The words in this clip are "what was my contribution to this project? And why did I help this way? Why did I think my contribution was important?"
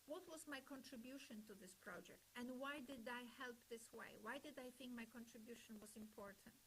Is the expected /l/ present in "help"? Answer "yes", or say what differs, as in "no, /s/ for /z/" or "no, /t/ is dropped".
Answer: yes